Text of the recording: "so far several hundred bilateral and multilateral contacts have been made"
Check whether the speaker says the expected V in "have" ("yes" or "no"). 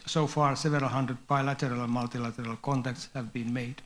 yes